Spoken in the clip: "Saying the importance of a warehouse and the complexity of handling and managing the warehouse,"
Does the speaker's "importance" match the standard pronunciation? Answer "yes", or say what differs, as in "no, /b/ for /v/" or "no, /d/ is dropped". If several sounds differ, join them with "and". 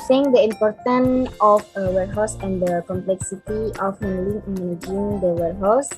no, /s/ is dropped